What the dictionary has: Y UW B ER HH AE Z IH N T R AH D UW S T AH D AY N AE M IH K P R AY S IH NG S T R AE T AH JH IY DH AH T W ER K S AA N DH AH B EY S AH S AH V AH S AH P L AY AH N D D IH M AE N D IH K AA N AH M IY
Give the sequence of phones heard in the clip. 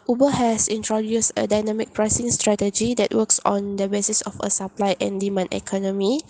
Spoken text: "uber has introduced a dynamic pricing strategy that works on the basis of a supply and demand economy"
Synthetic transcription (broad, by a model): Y UW B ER HH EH S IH N T R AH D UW S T AH D AY N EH M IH K P R AY S IH NG S T R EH T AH JH IY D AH T W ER K S AA N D AH B EY S AH S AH F AH S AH P L AY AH N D D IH M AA N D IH K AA N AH M IY